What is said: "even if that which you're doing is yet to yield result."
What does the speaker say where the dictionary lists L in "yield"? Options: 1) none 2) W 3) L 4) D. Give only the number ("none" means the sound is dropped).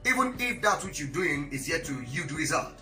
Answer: 1